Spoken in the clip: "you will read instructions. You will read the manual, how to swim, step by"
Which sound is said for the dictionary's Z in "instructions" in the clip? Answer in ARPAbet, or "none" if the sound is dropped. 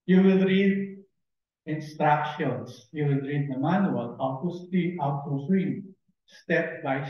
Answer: S